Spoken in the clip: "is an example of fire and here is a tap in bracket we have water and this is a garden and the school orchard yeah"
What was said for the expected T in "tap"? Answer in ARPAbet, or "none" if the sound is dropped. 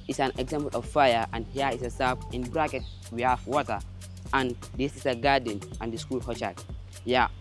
S